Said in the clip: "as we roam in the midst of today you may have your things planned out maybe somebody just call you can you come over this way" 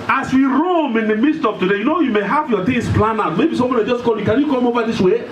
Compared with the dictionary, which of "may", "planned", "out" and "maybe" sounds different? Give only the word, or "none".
planned